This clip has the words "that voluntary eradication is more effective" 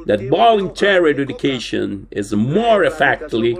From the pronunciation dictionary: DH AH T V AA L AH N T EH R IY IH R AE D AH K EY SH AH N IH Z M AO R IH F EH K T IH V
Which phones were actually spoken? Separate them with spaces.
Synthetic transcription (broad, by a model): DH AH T B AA L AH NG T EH R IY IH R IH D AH K EY SH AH N IH Z M AO R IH F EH K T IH